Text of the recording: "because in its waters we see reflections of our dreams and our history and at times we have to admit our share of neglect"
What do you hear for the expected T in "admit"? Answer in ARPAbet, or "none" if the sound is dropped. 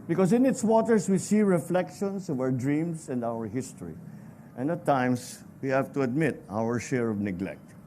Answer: T